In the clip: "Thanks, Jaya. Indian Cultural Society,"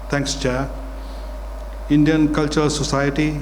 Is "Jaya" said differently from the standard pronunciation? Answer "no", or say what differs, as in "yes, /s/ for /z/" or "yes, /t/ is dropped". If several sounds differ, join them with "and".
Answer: yes, /tʃ/ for /dʒ/